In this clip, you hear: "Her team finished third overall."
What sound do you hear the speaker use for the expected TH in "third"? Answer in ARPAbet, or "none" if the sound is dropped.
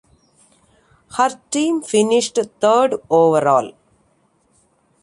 T